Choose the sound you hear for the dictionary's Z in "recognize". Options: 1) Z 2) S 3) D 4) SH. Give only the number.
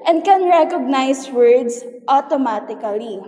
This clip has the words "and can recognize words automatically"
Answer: 2